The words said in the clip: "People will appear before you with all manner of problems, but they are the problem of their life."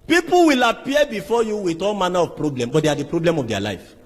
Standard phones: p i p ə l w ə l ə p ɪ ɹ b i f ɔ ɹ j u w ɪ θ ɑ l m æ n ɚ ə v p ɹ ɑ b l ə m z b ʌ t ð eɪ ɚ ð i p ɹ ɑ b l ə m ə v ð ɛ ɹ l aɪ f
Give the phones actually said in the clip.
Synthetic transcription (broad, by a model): p i p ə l w ə l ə p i b i f ɔ j u w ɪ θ ɑ l m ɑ n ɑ ə v p ɹ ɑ b l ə m b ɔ t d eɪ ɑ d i p ɹ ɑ b l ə m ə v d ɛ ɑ l aɪ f